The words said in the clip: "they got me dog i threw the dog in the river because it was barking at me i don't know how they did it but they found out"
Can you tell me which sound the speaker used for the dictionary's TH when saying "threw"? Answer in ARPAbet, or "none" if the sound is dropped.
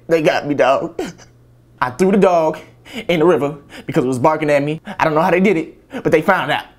TH